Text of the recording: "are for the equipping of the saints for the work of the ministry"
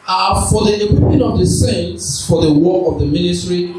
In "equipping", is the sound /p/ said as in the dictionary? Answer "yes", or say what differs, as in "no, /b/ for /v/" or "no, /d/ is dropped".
no, /p/ is dropped